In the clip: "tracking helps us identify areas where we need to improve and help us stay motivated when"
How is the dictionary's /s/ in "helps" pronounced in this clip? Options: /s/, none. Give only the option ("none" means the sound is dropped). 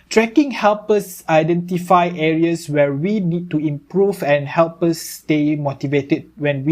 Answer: none